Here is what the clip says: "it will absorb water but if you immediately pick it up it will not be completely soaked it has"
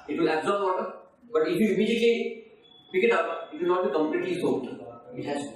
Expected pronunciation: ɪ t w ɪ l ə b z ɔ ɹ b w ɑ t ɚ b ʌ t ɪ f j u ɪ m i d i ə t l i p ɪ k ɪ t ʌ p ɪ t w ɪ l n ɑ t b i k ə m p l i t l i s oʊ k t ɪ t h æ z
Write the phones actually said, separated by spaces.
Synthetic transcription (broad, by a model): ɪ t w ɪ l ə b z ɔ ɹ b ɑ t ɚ b ʌ t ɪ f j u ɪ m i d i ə t l i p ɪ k ɪ t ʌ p ɪ t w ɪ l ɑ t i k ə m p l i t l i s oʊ t ɪ t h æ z